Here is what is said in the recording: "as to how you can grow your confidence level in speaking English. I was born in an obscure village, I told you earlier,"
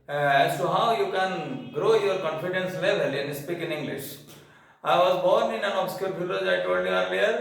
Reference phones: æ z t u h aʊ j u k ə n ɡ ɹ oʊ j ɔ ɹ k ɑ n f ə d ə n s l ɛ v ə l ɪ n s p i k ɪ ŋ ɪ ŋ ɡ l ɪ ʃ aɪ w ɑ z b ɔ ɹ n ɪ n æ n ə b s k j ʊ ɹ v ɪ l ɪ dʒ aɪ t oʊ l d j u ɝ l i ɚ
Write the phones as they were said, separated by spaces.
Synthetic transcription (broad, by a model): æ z t u h aʊ j u k ə n ɡ ɹ oʊ j ɔ ɹ k ɑ n f ə d ə n s l ɛ v ə l ɪ n s p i k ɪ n ɪ ŋ ɡ l ɪ ʃ aɪ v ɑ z b ɔ ɹ n ɪ n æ n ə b s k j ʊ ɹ b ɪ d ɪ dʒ aɪ t oʊ l d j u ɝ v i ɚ